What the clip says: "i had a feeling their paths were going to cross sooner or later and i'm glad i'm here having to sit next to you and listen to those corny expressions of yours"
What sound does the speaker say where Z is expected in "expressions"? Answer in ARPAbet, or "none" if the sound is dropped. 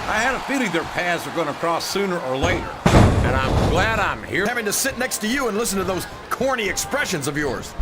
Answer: Z